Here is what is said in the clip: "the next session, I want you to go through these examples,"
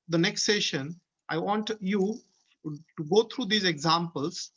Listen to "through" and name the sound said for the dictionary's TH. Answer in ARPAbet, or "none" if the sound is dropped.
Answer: T